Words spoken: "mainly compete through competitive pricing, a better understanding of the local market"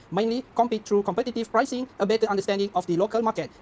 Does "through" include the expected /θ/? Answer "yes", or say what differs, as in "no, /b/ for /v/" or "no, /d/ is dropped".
no, /t/ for /θ/